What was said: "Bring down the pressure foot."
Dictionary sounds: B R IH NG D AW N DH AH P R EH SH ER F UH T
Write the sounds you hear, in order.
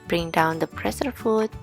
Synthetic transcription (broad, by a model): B R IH NG D AW N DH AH P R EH S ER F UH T